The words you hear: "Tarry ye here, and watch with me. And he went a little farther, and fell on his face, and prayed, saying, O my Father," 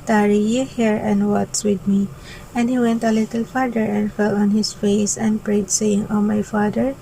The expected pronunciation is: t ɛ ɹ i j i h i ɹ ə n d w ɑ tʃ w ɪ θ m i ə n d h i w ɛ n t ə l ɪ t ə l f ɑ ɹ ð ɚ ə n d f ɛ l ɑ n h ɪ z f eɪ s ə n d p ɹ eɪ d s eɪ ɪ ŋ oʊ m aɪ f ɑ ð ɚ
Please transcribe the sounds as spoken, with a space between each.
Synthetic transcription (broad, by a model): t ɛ ɹ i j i h i ɹ ə n d w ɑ s w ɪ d m i ə n d h i w ɛ n t ə l ɪ t ə l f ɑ ɹ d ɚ ə n d f ɛ l ɑ n h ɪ s f eɪ s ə n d p ɹ eɪ d s eɪ ɪ ŋ oʊ m aɪ f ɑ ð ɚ